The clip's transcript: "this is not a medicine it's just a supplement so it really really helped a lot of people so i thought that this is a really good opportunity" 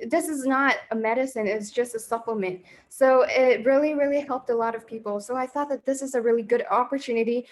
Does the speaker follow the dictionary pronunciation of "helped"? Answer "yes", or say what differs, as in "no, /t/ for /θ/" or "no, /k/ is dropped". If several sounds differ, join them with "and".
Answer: yes